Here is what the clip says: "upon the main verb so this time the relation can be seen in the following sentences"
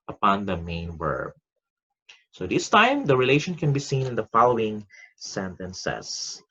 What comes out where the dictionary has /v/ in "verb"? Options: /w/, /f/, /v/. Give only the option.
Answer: /w/